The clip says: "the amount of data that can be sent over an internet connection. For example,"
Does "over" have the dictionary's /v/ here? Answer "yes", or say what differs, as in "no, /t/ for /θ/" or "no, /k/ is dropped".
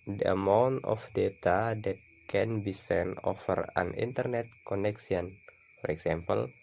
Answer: no, /f/ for /v/